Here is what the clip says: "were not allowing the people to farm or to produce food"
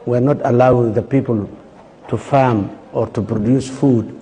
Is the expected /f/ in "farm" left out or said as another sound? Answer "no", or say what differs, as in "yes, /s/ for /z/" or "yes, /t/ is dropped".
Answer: no